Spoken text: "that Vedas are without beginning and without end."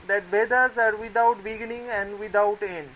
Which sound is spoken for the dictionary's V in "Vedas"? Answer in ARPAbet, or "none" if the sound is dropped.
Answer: B